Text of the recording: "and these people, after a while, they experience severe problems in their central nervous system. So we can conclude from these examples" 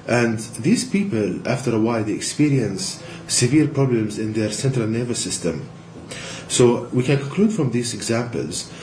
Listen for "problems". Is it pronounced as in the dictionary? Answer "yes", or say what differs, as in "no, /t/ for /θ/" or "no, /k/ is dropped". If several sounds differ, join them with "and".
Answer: yes